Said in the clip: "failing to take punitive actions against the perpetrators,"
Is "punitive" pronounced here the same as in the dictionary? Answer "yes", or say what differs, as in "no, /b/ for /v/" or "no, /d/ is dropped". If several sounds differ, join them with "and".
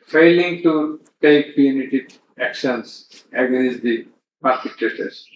no, /v/ is dropped